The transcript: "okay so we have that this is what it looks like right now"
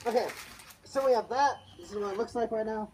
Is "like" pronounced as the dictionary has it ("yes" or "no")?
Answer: no